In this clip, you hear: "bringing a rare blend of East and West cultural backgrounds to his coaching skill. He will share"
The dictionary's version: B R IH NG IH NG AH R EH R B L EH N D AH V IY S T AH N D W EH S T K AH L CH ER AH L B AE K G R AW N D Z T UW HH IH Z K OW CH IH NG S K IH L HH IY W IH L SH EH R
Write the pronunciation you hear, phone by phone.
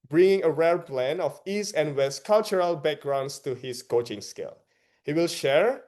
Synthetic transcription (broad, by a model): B R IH NG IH NG AH R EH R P L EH N AH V IY S T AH N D W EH S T K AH L CH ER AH L B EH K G R AW N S T UW HH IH S K OW CH IH NG S K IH L HH IY W IH L SH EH R